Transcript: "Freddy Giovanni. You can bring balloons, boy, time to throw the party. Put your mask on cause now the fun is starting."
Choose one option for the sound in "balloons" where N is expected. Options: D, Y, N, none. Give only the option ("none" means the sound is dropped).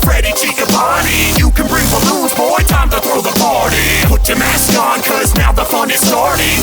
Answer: none